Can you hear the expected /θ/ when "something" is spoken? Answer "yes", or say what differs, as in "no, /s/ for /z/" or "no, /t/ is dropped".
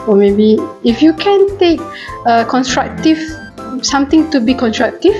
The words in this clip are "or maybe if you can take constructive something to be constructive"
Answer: no, /t/ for /θ/